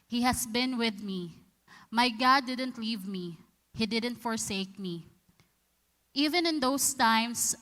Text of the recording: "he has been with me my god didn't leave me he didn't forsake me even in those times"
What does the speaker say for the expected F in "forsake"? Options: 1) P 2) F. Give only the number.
2